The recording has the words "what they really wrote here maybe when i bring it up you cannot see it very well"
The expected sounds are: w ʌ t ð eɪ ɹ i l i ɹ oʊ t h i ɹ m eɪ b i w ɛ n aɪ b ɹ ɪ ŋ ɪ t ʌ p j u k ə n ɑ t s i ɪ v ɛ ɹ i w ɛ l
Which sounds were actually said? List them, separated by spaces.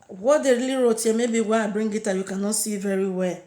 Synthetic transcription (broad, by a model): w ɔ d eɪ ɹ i l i ɹ oʊ t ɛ m eɪ b i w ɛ aɪ b ɹ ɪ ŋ ɪ t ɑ j u k ə n ɑ t s i v ɛ ɹ i w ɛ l